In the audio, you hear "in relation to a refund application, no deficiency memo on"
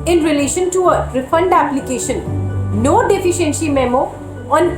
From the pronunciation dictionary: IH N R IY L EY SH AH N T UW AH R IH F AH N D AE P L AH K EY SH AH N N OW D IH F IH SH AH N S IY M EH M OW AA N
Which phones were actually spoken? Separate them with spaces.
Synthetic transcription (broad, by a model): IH N R IY L EY SH AH N T UW AH R IH F AH N D AE P L AH K EY SH AH N N OW D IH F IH SH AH N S IY M EH M OW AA N